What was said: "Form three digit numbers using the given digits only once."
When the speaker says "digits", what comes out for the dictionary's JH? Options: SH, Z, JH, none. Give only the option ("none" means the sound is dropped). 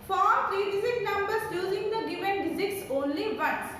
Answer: Z